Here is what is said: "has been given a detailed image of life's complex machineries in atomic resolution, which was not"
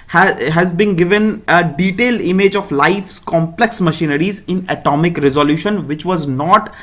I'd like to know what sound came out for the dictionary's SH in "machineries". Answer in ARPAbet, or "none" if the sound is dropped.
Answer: SH